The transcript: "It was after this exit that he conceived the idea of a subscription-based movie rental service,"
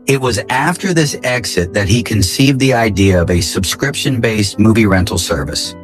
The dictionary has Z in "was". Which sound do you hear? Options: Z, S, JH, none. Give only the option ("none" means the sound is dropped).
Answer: Z